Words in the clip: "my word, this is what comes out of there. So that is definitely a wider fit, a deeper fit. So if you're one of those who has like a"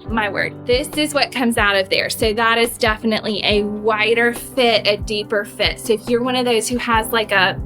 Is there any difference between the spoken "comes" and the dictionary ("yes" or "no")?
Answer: no